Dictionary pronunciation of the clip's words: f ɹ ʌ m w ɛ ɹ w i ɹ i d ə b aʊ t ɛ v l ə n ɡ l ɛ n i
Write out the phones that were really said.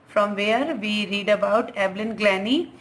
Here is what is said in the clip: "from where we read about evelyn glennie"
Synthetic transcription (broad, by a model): f ɹ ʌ m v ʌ ɹ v i ɹ i d ə b aʊ t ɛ b l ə n ɡ l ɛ n i